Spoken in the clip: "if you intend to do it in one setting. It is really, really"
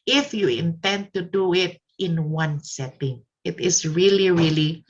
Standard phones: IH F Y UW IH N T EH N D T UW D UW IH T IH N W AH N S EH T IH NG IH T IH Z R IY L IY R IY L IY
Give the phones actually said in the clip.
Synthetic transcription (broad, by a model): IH F Y UW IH N T EH N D T UW D UW IH T IH N W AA N S EH T IH NG IH T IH S R IY L IY R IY L IY